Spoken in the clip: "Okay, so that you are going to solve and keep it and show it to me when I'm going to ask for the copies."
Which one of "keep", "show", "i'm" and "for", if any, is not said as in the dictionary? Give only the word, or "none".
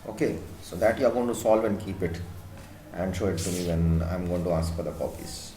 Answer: none